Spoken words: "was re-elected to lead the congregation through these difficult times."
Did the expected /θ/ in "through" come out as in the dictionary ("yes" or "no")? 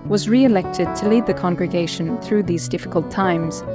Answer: yes